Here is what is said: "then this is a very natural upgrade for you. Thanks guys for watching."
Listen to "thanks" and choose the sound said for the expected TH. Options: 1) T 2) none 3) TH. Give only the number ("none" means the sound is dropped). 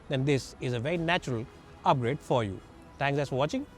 1